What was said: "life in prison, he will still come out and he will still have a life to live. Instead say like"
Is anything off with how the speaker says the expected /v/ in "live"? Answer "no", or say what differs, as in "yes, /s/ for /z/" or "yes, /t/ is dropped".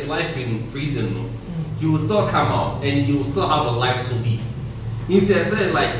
yes, /v/ is dropped